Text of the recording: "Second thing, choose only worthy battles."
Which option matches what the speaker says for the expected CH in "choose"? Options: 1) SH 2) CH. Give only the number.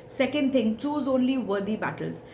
2